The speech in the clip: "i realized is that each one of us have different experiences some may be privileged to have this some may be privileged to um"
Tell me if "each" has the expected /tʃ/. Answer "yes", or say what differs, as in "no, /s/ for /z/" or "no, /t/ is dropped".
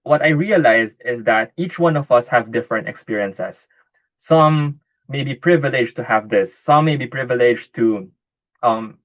yes